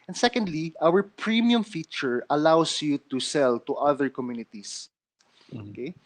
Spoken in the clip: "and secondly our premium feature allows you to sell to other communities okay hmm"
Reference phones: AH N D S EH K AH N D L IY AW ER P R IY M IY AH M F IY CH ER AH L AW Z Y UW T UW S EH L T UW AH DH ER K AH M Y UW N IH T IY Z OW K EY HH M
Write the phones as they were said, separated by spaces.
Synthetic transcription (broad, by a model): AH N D S EH K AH N D L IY AW ER P R IY M IY AH M F IY CH ER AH L AW S Y UW T UW S EH L T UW AH DH ER K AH M Y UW N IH T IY S OW K EY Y